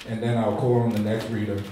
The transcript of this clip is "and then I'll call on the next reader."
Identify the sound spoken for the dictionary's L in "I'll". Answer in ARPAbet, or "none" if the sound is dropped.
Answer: L